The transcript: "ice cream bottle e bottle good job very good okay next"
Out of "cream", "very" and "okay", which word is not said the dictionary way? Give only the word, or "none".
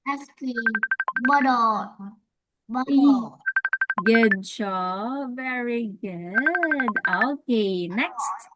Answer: cream